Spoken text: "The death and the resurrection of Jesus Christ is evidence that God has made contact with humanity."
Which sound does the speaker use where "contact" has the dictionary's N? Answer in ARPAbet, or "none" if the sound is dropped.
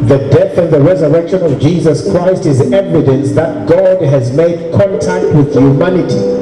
N